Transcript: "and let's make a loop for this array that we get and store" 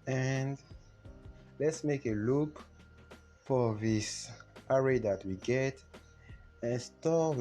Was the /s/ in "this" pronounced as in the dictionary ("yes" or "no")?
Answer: yes